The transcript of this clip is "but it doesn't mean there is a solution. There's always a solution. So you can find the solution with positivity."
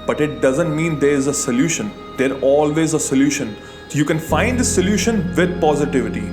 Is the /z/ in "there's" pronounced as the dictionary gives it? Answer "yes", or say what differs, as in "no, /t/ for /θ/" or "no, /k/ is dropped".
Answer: no, /z/ is dropped